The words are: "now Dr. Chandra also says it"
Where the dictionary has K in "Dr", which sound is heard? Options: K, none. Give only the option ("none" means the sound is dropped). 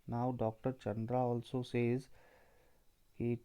K